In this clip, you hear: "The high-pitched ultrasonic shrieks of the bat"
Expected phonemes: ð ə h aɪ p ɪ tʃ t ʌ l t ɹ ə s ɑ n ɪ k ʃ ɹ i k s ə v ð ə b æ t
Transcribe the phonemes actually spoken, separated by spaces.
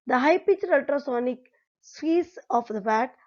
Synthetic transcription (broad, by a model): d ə h aɪ p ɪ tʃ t ʌ l t ɹ ə s ɑ n ɪ k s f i s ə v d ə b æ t